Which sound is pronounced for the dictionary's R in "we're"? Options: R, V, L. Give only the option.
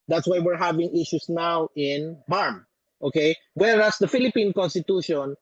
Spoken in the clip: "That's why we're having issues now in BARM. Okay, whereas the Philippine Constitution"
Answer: R